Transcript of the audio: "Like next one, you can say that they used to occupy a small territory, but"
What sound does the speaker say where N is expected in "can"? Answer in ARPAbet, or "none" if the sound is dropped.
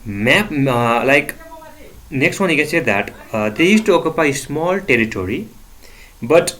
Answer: N